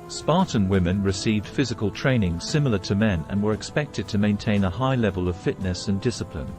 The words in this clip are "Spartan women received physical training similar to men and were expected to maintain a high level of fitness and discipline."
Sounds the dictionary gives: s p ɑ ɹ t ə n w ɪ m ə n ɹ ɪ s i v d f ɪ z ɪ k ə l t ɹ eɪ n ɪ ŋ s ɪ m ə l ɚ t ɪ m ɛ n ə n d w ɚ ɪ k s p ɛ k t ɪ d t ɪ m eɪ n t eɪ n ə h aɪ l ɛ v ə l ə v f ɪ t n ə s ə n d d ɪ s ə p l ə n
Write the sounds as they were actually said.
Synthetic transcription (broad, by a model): s p ɑ ɹ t n w ɪ m ə n ɹ ɪ s i v d f ɪ z ɪ k ə l t ɹ eɪ n ɪ ŋ s ɪ m l ɚ t ɪ m ɛ n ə n w ɚ ɪ k s p ɛ k t ɪ d t ɪ m eɪ n t eɪ n ə h aɪ l ɛ v ə l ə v f ɪ t n ə s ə n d d ɪ s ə p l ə n